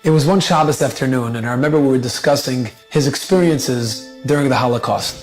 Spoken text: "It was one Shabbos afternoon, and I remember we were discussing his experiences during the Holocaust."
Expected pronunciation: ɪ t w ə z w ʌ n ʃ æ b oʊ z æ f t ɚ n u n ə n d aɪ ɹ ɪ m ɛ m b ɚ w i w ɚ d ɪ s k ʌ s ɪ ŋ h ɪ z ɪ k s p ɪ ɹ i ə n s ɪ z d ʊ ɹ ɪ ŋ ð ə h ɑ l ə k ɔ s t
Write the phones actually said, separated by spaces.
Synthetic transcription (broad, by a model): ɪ t w ə z w ʌ n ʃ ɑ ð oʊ s æ f t ɚ n u n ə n aɪ ɹ ɪ m ɛ m b ɚ w i w ɚ d ɪ s k ʌ s ɪ ŋ h ɪ z ɪ k s p ɪ ɹ i ə n s ɪ z d ʊ ɹ ɪ ŋ ð ə h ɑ l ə k ɔ s t